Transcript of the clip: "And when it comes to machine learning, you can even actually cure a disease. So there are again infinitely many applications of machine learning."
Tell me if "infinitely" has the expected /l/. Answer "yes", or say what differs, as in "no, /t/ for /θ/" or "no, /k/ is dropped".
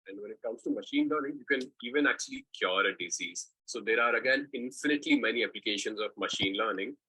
yes